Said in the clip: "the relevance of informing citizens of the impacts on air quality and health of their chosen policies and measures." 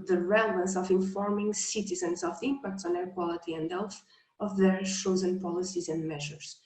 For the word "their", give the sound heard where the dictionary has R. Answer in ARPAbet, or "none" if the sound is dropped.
R